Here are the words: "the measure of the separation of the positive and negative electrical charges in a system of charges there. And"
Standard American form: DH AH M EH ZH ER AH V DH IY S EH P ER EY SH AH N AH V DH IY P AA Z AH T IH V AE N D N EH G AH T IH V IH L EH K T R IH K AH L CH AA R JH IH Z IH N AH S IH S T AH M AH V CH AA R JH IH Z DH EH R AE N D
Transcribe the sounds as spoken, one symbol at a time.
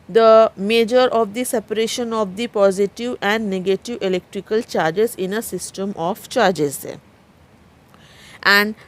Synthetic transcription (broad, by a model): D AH M EH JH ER AH V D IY S EH P ER EY SH AH N AH V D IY P AA Z AH T IH V AE N D N EH G AH T IH V IH L EH K T R IH K AH L CH AA R JH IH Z IH N AH S IH S T AH M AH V CH AA R JH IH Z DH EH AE N D